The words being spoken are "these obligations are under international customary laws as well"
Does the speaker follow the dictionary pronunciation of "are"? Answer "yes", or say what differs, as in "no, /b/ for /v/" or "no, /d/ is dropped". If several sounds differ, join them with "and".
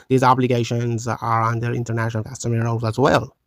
yes